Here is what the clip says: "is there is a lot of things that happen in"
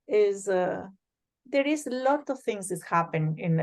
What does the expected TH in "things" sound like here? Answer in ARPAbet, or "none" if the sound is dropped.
T